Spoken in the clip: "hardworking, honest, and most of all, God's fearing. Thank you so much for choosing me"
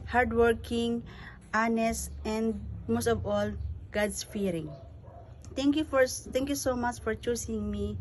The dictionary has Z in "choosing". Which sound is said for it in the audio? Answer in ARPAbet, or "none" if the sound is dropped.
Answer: S